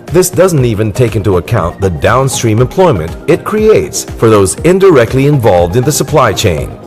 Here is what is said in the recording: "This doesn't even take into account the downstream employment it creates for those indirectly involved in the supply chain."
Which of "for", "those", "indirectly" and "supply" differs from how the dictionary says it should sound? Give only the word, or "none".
none